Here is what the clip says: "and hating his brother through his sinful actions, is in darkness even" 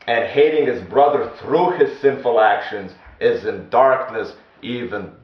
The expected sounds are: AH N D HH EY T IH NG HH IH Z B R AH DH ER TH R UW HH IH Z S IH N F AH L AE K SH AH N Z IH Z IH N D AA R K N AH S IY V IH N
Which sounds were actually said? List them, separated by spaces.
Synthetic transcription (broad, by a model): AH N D HH EY T IH NG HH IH Z B R AH DH ER TH R UW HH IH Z S IH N F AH L AE K SH AH N Z IH Z IH N D AA R K N AH S IY V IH N